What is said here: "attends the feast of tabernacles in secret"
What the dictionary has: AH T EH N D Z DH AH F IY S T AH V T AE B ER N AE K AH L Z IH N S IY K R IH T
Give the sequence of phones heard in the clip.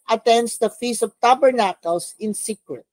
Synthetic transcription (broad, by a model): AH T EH N D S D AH F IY S AH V T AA B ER N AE K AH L S IH N S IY K R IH T